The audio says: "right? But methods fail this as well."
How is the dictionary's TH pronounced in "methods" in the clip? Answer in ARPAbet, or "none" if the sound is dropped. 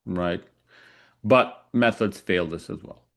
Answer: TH